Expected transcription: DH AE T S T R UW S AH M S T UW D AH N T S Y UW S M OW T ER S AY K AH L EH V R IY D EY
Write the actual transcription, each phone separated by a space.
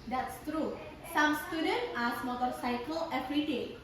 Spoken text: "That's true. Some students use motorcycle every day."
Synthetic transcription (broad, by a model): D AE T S T R UW S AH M S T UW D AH N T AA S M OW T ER S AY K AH L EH P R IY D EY